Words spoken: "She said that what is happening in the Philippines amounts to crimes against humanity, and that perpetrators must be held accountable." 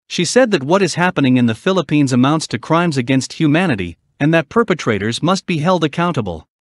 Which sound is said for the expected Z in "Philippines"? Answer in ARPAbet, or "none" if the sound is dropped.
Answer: Z